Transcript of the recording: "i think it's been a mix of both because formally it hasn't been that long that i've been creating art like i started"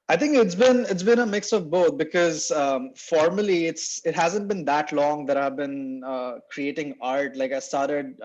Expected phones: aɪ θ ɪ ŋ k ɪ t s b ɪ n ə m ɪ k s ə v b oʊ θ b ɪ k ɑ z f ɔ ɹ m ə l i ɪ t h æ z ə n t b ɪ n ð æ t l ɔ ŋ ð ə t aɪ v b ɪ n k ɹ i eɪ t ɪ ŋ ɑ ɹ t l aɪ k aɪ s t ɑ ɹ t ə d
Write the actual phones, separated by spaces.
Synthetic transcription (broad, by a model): aɪ t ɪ ŋ k ɪ t s b ɪ n ə m ɪ k s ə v b oʊ t b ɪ k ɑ z f ɔ ɹ m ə l i ɪ t h æ z ə n t b ɪ n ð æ t l ɔ ŋ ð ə t aɪ v b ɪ n k ɹ i eɪ t ɪ ŋ ɑ ɹ t l aɪ k aɪ s t ɑ ɹ t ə d